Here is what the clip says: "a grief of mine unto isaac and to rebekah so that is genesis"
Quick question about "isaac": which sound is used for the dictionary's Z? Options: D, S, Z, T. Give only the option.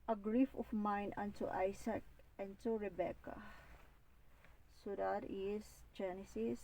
S